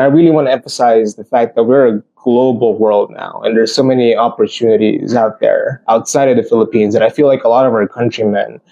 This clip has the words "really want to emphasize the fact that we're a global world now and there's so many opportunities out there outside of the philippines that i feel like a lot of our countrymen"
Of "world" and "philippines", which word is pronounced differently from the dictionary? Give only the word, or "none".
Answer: none